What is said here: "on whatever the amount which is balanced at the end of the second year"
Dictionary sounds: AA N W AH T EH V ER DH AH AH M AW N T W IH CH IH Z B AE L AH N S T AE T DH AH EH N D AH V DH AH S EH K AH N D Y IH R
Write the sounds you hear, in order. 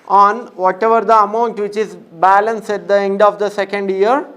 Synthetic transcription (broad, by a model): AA N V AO T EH V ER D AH AH M AW N T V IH CH IH Z B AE L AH N S IH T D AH EH N D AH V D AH S EH K AH N D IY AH R